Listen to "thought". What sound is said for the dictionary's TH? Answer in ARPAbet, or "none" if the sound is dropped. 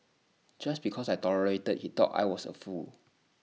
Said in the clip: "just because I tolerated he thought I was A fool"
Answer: T